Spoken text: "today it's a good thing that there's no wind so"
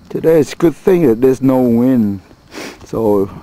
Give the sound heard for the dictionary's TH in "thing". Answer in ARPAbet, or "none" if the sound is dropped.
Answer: TH